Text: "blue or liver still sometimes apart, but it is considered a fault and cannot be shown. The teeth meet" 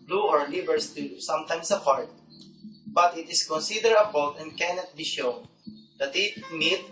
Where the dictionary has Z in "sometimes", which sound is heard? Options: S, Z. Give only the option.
S